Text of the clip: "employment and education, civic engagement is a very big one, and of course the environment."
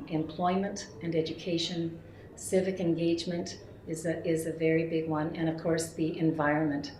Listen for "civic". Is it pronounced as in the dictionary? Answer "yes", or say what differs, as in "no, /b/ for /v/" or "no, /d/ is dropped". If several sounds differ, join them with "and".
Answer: yes